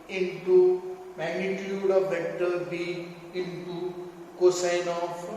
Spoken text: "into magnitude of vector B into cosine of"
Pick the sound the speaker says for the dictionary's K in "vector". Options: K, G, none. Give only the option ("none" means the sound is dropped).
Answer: none